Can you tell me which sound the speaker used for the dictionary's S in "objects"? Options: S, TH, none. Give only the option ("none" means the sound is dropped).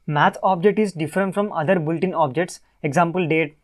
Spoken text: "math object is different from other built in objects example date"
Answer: S